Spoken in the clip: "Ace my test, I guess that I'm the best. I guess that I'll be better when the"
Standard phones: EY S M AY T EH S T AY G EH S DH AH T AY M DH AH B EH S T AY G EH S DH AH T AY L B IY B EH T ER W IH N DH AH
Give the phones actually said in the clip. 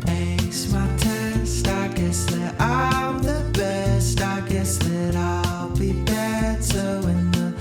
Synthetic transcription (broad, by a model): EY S M AY T EH S T AY G EH S DH AH T AY M DH AH B EH S T AY G EH S DH AH T AY L B IY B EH S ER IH N DH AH